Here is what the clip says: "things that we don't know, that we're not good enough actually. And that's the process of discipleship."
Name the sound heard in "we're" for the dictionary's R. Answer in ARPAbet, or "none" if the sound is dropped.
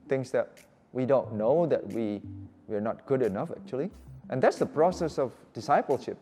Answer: W